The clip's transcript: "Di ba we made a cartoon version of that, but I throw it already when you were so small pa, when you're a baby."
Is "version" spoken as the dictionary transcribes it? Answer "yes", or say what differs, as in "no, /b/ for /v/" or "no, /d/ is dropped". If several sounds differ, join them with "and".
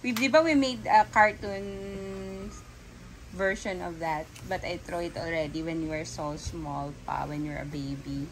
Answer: no, /ʃ/ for /ʒ/